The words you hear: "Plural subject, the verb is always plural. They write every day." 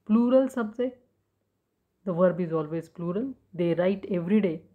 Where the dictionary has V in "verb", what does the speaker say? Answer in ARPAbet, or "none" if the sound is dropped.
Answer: V